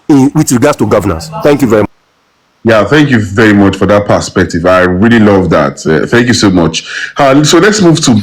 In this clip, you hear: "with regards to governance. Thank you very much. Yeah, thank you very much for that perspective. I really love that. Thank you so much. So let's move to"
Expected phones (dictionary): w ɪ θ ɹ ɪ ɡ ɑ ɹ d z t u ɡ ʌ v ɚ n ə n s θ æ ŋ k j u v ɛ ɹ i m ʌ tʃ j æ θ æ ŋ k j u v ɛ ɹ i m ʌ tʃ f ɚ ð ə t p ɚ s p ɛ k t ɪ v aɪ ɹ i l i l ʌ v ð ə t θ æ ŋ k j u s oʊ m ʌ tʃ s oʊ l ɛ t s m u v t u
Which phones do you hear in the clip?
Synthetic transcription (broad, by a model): w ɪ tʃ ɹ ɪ ɡ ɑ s t u ɡ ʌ v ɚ n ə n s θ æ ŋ k j u v ɛ ɹ i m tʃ j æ θ æ ŋ k j u v ɛ ɹ i m ʌ tʃ f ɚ ð ə t p ɚ s p ɛ k t ɪ v aɪ ɹ i l i l ʌ v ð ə t θ æ ŋ k j u s oʊ m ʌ tʃ s oʊ l ɛ t s m u v t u